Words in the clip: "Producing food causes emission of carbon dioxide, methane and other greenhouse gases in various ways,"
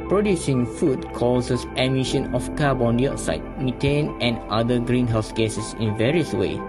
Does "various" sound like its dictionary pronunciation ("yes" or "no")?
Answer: yes